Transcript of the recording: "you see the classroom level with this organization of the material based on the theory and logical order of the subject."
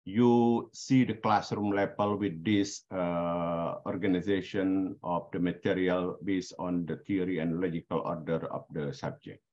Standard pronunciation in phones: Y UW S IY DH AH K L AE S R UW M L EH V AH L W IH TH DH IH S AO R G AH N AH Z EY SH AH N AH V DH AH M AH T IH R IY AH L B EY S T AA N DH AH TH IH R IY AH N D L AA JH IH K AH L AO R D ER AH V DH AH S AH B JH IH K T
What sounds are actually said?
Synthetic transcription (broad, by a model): Y UW S IY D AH K L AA S R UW M L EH P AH L W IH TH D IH S AO R G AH N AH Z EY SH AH N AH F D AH M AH T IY R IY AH L B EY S AA N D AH T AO R IY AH N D L AA JH IH K AH L AO R D ER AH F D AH S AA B JH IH K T